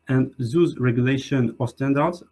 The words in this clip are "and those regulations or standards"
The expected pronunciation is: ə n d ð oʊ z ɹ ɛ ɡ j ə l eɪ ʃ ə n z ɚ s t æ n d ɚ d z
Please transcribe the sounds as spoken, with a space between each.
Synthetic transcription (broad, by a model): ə n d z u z ɹ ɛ ɡ j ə l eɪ ʃ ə n ɚ s t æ n d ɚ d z